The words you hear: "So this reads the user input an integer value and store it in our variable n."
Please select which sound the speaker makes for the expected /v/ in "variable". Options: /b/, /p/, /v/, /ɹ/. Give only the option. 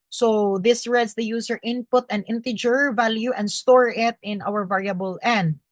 /v/